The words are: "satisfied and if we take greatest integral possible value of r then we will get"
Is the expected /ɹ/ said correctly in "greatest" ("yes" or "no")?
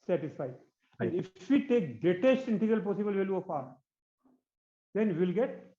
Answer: no